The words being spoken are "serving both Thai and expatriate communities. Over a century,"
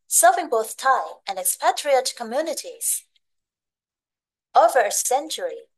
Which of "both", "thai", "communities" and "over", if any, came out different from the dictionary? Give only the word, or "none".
none